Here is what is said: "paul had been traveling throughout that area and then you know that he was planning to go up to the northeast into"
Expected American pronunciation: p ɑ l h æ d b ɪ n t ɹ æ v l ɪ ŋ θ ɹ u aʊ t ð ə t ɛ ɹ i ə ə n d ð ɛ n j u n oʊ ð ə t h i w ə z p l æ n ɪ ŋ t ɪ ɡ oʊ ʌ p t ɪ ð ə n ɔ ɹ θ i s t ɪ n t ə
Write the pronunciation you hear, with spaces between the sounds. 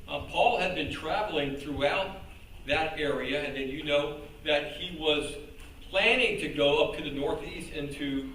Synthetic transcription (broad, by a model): p ɑ l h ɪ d b ɪ n t ɹ æ v l ɪ ŋ θ ɹ u aʊ t ð ə t ɛ ɹ i ə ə n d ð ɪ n j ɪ n oʊ ð ə t h i w ə z p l æ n ɪ ŋ t ɪ ɡ oʊ ʌ p t ɪ ð ə n ɔ ɹ θ i s t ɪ n t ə